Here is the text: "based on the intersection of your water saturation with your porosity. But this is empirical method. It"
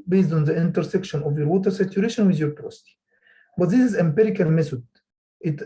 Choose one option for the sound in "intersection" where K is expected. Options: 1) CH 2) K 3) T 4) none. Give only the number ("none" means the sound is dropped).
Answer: 2